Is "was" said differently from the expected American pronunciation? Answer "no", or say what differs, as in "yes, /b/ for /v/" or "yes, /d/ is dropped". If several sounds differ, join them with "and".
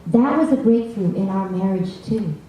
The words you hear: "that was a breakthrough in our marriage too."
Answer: no